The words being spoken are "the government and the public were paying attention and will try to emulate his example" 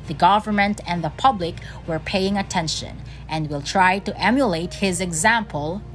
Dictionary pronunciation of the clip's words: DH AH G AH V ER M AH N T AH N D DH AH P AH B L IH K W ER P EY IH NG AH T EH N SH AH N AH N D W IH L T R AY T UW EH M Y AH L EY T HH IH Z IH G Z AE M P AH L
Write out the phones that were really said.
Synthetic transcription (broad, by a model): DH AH G AH V ER M AH N T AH N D DH AH P AH B L IH K W ER P EY IH NG AH T EH N SH AH N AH N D W IH L T R AY T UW EH M Y AH L EY T HH IH Z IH G Z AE M P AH L